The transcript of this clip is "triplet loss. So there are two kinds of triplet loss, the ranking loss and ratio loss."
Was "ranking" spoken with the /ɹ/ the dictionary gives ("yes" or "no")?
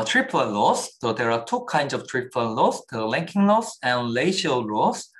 no